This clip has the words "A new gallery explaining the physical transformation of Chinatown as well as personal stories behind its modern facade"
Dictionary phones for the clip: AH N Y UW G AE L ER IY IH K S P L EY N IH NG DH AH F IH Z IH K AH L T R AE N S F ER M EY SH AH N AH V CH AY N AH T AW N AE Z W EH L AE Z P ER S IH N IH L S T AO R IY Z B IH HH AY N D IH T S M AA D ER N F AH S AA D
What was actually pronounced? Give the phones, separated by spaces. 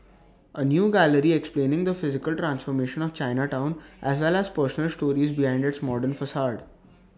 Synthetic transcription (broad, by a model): AH N Y UW G AE L ER IY IH K S P L EY N IH NG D AH F IH Z IH K AH L T R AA N S F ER M EY SH AH N AH V CH AY N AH T AW N AE Z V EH L AE Z P ER S IH N IH L S T AO R IY Z B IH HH AY N D IH T S M AA D ER N F AH S AA D